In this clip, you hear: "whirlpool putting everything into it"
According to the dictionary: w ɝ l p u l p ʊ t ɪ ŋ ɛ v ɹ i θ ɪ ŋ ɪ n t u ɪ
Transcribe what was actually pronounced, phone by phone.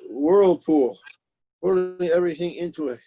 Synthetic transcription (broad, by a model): w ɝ l p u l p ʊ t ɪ ɛ v ɹ i θ ɪ ŋ ɪ n t u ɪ